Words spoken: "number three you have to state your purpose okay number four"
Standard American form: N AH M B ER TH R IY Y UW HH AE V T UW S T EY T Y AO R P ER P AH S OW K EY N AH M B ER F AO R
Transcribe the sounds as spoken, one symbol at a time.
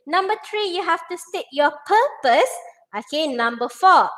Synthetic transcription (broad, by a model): N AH M B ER T R IY Y UW HH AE F T UW S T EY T Y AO P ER P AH S OW K EY N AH M B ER F AO